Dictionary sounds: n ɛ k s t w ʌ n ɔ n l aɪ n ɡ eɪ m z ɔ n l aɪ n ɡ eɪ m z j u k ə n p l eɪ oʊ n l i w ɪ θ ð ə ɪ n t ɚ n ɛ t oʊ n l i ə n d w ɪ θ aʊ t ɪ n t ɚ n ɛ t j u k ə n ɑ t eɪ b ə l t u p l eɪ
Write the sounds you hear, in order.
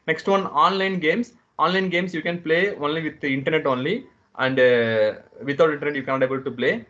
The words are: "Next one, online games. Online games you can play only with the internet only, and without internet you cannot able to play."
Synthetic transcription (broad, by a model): n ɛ k s t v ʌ n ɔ n l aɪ n ɡ eɪ m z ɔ n l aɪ n ɡ eɪ m s j u k ə n p l eɪ oʊ n l i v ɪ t ɪ n t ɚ n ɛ t oʊ n l i ə n d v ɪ t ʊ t ɪ n t ɚ n ɛ t j u k ə n ɑ t eɪ b ə l t u p l eɪ